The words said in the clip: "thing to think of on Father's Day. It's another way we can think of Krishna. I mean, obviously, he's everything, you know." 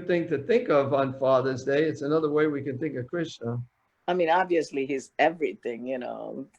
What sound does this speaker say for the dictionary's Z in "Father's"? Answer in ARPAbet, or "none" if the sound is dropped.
Z